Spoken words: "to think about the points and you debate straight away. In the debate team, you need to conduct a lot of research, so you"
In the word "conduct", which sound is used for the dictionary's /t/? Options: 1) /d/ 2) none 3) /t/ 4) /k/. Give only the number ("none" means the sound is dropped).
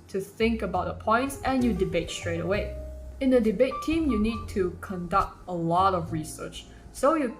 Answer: 3